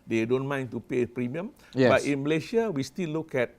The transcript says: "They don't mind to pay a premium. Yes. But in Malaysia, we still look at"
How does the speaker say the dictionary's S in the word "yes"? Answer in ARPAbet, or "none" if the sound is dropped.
none